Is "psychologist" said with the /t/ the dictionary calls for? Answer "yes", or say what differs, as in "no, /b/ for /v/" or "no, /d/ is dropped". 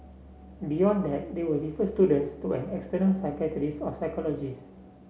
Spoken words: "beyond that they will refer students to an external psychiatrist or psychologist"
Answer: no, /t/ is dropped